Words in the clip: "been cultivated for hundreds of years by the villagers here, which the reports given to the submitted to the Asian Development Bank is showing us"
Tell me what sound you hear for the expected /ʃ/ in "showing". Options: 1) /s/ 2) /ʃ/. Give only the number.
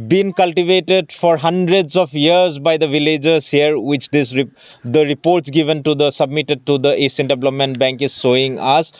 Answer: 1